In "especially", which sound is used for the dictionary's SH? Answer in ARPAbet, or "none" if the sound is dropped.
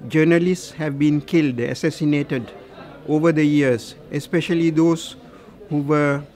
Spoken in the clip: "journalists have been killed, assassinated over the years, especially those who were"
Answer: SH